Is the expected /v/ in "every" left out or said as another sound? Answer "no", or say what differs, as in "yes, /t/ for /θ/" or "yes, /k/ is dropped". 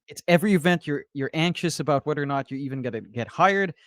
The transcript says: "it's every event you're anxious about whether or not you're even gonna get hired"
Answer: no